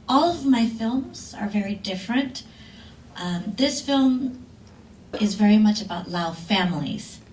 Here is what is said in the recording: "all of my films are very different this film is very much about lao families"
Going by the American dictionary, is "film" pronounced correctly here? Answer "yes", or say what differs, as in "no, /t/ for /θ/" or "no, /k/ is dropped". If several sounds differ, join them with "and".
yes